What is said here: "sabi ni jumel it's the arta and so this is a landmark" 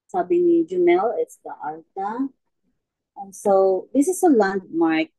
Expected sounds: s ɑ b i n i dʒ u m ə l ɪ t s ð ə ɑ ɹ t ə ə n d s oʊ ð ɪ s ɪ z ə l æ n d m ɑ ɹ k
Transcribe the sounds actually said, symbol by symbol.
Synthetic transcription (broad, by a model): s ɑ b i n i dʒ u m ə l ɪ t s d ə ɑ l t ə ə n s oʊ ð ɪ s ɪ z ə l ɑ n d m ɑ ɹ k